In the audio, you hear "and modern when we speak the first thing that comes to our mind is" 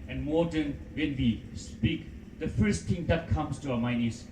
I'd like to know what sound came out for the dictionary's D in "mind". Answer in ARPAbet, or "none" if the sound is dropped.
none